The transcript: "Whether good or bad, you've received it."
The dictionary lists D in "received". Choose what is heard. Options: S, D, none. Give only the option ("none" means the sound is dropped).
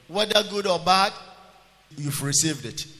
D